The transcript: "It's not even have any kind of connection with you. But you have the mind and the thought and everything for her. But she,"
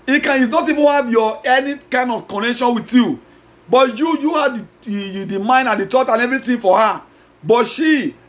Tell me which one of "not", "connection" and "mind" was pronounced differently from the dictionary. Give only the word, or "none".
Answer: none